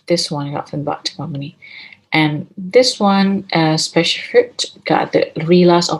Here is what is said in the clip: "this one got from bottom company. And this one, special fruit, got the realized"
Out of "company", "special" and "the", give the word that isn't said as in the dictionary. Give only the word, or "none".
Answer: company